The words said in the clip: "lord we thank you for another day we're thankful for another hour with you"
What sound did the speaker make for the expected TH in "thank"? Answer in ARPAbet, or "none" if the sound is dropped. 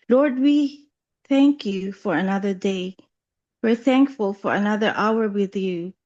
TH